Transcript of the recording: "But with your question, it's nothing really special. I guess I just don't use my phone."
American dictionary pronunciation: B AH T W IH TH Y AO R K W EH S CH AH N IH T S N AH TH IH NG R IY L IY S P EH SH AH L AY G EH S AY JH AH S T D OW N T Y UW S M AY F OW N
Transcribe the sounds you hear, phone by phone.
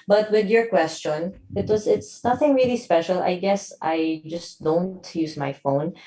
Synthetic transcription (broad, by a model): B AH T W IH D Y AO R K W EH S CH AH N IH T S N AH TH IH NG R IY L IY S P EH SH AH L AY G EH S AY JH AH S T D OW N T Y UW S M AY F OW N